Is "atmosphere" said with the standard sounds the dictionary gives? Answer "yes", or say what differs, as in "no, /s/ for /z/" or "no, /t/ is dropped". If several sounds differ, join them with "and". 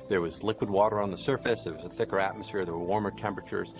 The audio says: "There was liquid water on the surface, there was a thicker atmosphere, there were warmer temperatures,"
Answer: yes